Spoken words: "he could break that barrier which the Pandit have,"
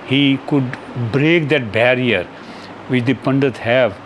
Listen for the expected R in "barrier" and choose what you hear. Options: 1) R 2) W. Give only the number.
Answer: 1